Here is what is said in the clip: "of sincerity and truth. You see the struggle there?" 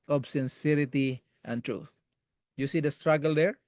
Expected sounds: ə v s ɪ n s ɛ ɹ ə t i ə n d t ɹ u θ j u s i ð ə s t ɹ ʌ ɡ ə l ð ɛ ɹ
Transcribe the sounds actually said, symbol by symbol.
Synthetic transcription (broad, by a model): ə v s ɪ n s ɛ ɹ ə t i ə n t ɹ u θ j u s i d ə s t ɹ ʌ ɡ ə l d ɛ ɹ